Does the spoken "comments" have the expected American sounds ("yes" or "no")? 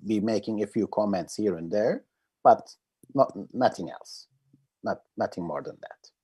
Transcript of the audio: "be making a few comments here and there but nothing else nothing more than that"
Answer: yes